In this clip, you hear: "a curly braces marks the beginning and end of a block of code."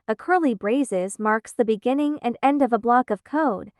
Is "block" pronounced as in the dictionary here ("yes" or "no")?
yes